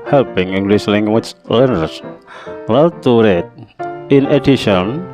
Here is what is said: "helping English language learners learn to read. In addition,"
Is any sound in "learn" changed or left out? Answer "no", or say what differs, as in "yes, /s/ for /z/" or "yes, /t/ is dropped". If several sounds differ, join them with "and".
yes, /l/ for /n/